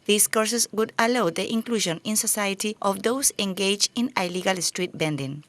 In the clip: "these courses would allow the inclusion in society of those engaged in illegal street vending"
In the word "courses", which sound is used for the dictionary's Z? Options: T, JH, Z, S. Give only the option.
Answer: S